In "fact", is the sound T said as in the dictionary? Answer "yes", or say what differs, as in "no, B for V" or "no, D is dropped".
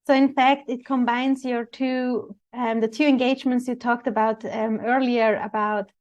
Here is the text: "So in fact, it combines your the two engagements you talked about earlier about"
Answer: yes